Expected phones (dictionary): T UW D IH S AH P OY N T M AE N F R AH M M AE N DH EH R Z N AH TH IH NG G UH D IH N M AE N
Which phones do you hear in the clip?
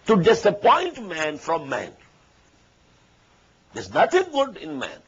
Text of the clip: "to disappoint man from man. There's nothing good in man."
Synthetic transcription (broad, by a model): T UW D IH S AH P OY N T M AE N F R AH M M AE N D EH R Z N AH T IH NG G UH D IH N M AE N